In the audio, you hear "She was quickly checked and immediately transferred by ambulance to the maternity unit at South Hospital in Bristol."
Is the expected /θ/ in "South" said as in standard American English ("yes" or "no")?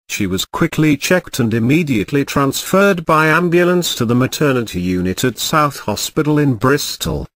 yes